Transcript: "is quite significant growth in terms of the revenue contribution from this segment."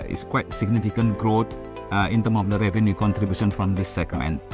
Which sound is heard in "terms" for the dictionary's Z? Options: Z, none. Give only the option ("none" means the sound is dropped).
none